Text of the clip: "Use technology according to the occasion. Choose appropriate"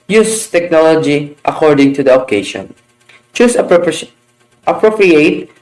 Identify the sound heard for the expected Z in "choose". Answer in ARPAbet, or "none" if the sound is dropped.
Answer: S